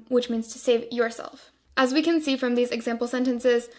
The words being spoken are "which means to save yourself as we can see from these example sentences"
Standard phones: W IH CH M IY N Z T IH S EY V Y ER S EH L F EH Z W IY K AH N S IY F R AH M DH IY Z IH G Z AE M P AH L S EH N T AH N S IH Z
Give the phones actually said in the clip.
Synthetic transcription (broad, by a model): W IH CH M IY N Z T IH S EY V Y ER S EH L F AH Z W IY K AH N S IY F R AH M DH IY Z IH G Z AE M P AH L S EH N T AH N S IH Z